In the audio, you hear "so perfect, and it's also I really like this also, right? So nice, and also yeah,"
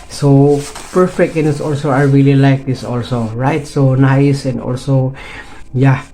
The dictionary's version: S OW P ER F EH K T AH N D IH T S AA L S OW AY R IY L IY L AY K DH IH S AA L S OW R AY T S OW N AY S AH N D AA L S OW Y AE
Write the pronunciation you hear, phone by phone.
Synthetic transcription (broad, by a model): S OW P ER F EH K T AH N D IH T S AA L S OW AY R IY L IY L AY K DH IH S AA L S OW R AY T S OW N AY S AH N D AA L S OW Y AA